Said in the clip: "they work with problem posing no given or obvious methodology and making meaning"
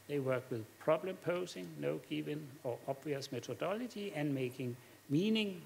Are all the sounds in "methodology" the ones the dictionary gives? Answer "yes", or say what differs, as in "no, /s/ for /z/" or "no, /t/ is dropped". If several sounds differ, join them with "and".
no, /s/ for /θ/